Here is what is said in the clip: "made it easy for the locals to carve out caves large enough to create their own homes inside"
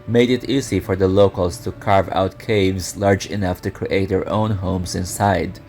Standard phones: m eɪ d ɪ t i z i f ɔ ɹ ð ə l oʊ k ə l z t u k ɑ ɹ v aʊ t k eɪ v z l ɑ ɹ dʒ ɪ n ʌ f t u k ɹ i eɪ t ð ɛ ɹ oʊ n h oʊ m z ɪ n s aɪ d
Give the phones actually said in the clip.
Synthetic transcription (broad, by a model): m eɪ d ɪ t i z i f ɔ ɹ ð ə l oʊ k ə l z t u k ɑ ɹ v aʊ t k eɪ v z l ɑ ɹ dʒ ɪ n ʌ f t u k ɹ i eɪ t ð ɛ ɹ oʊ n h oʊ m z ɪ n s aɪ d